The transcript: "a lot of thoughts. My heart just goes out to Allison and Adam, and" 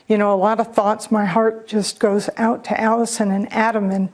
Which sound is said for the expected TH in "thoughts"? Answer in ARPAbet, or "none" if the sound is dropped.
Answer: TH